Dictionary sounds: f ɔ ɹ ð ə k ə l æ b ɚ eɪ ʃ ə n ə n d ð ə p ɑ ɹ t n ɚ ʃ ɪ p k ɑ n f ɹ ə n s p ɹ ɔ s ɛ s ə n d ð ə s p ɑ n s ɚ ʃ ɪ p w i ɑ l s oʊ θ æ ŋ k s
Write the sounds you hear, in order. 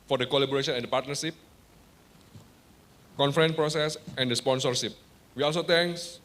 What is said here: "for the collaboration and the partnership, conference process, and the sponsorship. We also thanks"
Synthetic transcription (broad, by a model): f ɔ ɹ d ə k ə l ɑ b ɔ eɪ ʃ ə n ə n d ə p ɑ t n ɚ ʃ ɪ p k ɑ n f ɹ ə n p ɹ ɔ s ɛ s ə n d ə s p ɑ n s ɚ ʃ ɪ p w i ɑ l s oʊ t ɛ ŋ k s